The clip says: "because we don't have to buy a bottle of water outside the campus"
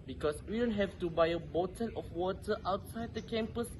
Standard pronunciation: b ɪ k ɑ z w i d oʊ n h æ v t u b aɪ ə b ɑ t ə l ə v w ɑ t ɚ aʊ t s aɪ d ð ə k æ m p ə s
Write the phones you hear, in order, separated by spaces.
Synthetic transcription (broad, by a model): b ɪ k ɑ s w i d oʊ n h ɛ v t u b aɪ ə b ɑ t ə n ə f w ɑ t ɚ aʊ t s aɪ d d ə k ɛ m p ə s